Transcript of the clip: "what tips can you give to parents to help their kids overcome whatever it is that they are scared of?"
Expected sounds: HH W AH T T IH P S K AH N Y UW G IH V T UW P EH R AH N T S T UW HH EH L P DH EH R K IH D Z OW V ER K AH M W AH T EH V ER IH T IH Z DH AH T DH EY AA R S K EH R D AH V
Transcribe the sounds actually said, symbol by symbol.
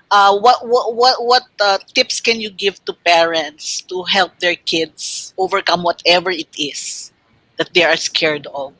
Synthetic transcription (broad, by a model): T W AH T T IH P S K AH N Y UW G IH V T UW P EH R AH N T S T UW HH EH L P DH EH R K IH D S OW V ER K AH M W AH T EH V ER IH T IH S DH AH T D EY AA R S K EH R D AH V